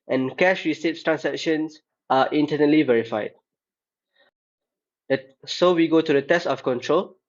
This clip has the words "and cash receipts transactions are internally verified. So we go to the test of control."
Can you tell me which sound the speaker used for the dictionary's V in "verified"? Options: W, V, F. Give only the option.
V